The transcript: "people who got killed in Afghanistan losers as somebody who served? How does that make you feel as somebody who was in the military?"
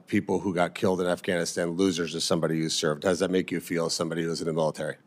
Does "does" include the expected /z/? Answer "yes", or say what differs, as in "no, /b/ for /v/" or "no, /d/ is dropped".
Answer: yes